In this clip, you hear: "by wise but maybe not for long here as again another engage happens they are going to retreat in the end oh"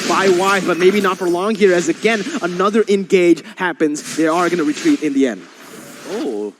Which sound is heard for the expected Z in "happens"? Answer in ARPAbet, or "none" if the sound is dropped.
Z